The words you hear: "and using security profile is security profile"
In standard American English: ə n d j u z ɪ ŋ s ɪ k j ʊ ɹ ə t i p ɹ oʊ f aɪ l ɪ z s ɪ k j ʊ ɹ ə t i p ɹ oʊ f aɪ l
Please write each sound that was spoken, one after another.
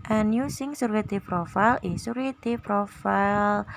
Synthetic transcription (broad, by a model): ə n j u s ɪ ŋ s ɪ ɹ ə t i p ɹ oʊ f aɪ l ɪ s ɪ ɹ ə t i p ɹ oʊ f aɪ l